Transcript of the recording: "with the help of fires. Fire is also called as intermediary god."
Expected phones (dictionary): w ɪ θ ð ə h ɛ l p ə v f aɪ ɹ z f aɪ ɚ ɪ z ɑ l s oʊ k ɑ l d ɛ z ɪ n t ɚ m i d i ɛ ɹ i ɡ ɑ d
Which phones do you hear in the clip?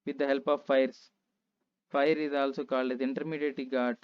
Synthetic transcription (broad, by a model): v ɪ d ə h ɛ l p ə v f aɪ ɹ s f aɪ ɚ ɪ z ɑ l s oʊ k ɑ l ɛ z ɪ n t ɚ m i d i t l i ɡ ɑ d